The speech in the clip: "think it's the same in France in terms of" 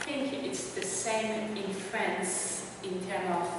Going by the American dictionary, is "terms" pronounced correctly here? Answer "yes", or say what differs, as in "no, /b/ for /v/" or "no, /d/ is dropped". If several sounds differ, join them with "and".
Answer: no, /z/ is dropped